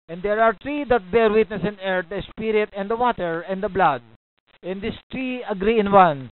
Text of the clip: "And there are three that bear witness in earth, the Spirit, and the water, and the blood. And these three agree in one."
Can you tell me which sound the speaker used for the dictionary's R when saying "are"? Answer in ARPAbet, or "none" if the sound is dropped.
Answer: R